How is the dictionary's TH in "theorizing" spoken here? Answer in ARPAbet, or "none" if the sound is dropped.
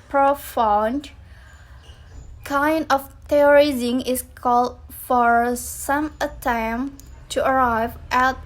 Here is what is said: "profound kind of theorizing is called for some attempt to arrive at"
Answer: T